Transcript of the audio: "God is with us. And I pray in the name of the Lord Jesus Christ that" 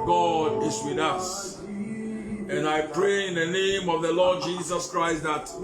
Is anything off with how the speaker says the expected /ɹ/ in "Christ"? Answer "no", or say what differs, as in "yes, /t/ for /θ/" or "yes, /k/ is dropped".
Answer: no